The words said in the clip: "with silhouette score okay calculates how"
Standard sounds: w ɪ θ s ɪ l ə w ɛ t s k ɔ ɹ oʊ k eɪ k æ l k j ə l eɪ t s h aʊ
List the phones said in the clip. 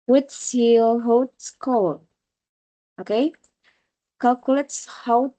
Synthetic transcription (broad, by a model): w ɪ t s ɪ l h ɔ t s k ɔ l oʊ k eɪ k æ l k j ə l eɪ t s h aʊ